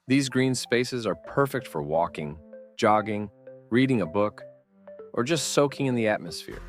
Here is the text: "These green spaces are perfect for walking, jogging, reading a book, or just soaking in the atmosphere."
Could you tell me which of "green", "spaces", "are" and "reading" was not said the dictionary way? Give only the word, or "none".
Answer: none